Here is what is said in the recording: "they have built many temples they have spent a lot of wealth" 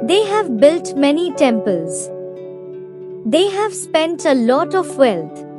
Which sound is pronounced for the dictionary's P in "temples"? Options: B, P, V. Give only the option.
P